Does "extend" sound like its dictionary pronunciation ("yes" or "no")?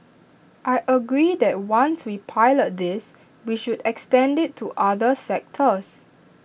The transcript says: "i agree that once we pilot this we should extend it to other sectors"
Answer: yes